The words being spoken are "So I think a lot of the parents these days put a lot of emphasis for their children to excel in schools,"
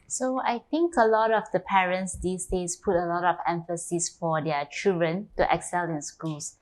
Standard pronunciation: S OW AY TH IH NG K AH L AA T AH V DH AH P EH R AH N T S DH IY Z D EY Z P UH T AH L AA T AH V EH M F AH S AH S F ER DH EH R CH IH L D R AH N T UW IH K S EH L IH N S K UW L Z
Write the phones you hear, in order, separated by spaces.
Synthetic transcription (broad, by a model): S OW AY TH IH NG K AH L AA T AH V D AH P EH R AH N T S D IY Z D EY S P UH T AH L AA T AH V EH M F AH S AH S F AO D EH CH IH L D R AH N T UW IH K S EH L IH N S K UW L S